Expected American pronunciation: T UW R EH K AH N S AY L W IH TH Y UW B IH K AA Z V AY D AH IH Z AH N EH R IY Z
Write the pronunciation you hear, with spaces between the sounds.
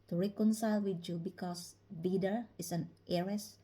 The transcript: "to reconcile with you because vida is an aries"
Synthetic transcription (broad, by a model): T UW R EH K AH N S AY L W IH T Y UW B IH K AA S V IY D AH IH S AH N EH R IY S